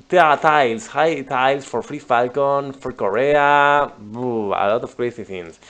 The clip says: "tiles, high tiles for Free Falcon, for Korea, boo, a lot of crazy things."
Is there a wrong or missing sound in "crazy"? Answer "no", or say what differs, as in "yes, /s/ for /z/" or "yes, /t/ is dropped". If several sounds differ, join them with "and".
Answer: yes, /s/ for /z/